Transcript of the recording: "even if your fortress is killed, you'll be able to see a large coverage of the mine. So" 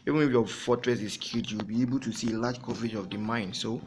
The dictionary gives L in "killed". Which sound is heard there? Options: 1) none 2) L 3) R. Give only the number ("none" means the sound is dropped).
1